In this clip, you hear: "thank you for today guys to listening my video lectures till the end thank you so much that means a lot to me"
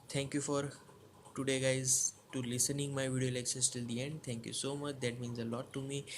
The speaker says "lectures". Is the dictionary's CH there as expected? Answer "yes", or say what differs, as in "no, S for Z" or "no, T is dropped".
no, SH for CH